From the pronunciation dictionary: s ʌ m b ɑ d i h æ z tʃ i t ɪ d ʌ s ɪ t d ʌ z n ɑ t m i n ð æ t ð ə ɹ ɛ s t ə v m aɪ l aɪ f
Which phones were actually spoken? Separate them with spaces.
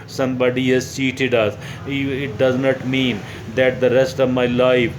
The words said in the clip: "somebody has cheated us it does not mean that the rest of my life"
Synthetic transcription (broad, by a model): s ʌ m b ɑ d i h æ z s i t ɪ d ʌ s ɪ t d ʌ z n ɑ t m i n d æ t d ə ɹ ɛ s t ə v m aɪ l aɪ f